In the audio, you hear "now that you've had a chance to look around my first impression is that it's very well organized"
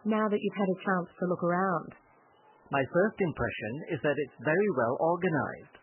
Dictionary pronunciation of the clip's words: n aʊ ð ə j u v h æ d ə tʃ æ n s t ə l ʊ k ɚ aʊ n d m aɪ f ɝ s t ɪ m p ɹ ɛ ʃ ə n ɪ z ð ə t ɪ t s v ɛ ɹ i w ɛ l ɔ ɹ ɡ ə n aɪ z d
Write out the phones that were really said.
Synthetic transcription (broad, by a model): n aʊ ð ə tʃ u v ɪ d ə tʃ æ n s t ə l ʊ k ɚ aʊ n d m aɪ f ɝ s t ɪ m p ɹ ɛ ʃ ə n ɪ z ð ə t ɪ t s v ɛ ɹ i w ɛ l ɔ ɹ ɡ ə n aɪ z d